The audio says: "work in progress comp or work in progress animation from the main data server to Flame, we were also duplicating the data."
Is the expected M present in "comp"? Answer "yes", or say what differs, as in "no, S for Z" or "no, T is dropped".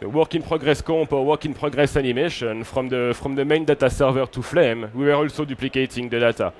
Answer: no, M is dropped